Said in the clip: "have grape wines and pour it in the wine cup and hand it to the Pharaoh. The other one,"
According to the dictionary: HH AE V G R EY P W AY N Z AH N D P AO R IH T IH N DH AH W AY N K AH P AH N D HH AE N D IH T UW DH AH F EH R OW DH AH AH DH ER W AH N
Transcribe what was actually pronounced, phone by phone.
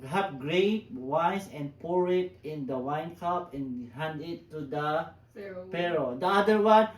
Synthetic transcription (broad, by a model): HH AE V G R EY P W AY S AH N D P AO R IH T IH N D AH W AY N K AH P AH N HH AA N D IH T UW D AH P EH R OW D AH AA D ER W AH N